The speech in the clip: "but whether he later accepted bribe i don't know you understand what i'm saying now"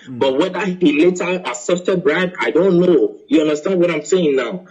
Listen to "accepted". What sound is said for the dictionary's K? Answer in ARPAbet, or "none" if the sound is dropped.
none